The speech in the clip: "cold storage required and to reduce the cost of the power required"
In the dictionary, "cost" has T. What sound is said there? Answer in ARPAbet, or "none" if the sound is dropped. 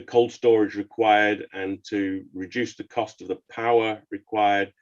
T